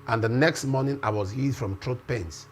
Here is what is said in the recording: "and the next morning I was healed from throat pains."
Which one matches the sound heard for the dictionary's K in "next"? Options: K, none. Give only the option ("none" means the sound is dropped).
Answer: K